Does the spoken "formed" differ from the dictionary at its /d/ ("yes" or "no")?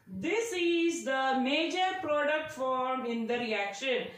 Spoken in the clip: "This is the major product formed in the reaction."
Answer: yes